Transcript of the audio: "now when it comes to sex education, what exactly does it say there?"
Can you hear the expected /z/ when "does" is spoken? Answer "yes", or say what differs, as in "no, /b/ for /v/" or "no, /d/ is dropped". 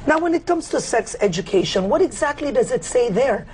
yes